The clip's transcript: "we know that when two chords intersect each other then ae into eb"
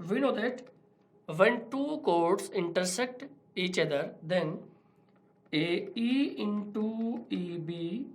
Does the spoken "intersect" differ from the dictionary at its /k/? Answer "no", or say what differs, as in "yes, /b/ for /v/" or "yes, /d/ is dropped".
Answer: no